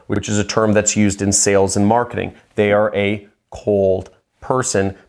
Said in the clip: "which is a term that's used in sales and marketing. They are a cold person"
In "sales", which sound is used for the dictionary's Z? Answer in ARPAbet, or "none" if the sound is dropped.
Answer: Z